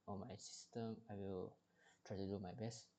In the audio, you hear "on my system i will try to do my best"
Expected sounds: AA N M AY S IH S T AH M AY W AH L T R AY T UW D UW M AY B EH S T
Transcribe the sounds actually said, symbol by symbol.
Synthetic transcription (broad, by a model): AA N M AY S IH S T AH M AY W AH L T R AY T UW D UW M AY B EH S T